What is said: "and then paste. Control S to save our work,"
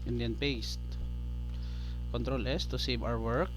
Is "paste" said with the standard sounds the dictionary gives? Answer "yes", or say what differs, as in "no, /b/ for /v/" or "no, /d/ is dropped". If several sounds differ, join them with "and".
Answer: yes